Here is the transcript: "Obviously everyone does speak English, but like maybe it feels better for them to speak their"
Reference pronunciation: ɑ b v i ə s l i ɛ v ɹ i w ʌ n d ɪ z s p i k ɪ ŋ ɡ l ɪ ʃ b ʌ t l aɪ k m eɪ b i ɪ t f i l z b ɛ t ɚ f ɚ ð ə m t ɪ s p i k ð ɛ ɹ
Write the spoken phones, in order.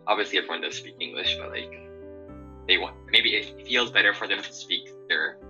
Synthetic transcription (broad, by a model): ɑ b v i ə s l i ɛ v ɹ i w ʌ n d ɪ s p i k ɪ ŋ ɡ l ɪ ʃ b ʌ t l aɪ k m eɪ b i ɪ t f i l z b ɛ t ɚ f ɚ ð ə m t ɪ s p i k ð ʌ ɹ